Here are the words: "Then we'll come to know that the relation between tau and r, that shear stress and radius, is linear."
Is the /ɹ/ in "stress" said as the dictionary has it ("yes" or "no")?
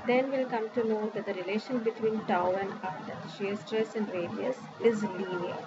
yes